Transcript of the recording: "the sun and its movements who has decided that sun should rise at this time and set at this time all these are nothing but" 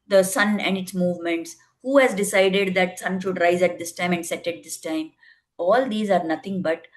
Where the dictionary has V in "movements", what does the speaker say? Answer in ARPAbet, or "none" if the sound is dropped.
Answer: V